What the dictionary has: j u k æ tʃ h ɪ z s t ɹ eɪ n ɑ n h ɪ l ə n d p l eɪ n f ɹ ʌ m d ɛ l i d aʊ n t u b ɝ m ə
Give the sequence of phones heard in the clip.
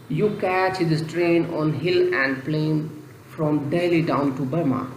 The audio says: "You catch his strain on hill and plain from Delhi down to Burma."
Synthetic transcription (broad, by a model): j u k æ tʃ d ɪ s t ɹ eɪ n ɑ n h ɪ l ə n d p l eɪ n f ɹ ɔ m d ɛ l i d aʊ n t u b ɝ m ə